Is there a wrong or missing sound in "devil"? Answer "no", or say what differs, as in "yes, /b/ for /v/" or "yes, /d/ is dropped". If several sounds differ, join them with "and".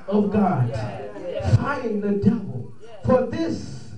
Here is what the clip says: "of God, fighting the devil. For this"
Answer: no